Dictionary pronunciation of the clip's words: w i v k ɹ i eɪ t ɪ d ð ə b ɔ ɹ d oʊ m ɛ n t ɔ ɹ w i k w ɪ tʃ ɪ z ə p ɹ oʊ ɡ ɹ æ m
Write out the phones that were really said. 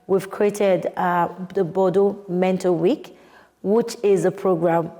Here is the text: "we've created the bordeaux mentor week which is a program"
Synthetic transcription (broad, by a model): w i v k ɹ i eɪ t ɪ d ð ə b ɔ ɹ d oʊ m ɛ n t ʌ l w i k w ɪ tʃ ɪ z ə p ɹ oʊ ɡ ɹ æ m